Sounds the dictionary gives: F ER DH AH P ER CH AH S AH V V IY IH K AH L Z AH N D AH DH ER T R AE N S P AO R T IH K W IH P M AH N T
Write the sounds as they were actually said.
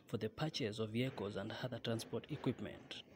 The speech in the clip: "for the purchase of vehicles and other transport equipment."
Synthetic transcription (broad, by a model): F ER DH AH P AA CH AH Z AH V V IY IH K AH Z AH N D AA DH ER T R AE N S P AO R T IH K W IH P M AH N T